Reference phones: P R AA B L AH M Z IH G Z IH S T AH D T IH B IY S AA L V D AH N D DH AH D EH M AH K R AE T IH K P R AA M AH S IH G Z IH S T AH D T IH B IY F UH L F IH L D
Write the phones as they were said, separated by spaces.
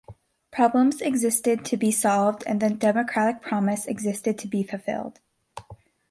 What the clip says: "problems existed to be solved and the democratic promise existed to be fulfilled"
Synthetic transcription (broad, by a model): P R AA B L AH M Z IH G Z IH S T AH D T IH B IY S AA L V D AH N DH AH D EH M AH K R AE T IH K P R AA M AH S IH G Z IH S T AH D T IH B IY F UH L F IH L D